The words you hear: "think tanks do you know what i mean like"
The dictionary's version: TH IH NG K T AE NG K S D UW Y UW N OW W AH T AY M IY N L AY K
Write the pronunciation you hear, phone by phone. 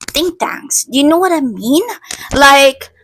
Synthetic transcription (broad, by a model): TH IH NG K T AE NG S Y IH N OW W AH T AY M IY N L AY K